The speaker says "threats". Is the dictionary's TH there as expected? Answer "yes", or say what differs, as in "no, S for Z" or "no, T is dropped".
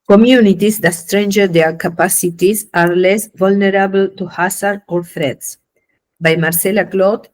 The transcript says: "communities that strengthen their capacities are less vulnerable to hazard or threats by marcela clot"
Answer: no, F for TH